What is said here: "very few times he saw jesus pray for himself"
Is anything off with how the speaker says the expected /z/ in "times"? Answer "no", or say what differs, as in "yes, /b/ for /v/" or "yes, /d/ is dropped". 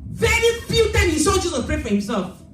yes, /z/ is dropped